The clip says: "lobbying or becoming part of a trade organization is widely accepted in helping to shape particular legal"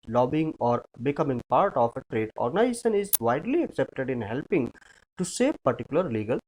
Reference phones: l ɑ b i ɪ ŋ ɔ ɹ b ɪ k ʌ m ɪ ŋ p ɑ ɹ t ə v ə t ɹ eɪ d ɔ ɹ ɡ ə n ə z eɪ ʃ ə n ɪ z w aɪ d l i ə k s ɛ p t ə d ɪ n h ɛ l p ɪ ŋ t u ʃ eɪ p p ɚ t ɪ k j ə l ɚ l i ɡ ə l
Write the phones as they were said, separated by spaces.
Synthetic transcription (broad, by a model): l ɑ b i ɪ ŋ ɔ ɹ b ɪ k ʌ m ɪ ŋ p ɑ ɹ t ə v ə t ɹ eɪ d ɔ ɹ ɡ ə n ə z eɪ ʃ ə n ɪ z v aɪ d l i ə k s ɛ p t ə d ɪ n h ɛ l p ɪ ŋ t u s eɪ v p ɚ t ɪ k j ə l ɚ l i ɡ ə l